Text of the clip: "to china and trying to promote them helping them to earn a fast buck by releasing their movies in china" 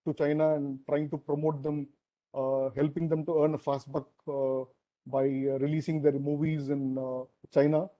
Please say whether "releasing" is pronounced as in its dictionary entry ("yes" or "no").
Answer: yes